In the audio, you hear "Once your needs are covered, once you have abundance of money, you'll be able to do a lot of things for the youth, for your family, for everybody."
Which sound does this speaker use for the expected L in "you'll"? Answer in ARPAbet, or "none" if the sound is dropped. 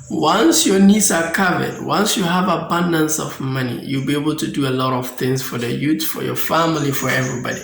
L